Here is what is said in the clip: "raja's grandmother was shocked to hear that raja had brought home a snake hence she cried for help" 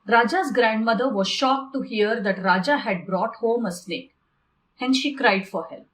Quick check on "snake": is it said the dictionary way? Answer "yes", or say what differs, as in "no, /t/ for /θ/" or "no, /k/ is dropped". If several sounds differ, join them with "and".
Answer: no, /l/ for /n/